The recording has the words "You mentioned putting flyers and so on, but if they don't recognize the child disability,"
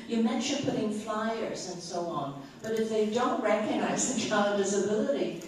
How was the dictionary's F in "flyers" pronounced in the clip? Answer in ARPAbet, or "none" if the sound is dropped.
F